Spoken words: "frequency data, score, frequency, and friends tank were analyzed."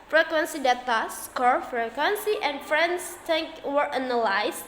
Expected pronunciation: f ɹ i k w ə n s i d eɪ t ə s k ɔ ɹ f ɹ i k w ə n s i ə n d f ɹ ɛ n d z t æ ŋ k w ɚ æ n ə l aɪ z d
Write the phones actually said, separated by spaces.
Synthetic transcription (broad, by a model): f ɹ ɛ k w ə n s i d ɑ t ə s k ɔ ɹ f ɹ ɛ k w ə n s i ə n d f ɹ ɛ n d s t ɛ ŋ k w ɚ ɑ n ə l aɪ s